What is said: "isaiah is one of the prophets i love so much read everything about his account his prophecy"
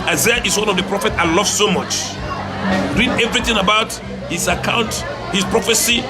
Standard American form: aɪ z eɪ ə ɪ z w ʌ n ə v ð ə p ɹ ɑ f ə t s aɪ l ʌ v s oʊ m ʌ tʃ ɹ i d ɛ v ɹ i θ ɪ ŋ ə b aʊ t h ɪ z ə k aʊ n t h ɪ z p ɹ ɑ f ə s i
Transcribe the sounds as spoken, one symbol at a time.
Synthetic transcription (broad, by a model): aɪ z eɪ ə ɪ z w ʌ n ə v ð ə p ɹ ɑ f ə t s aɪ l ʌ v s oʊ m ʌ tʃ ɹ i d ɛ v ɹ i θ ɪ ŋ ə b aʊ t h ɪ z ə k aʊ n t h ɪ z p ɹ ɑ f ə s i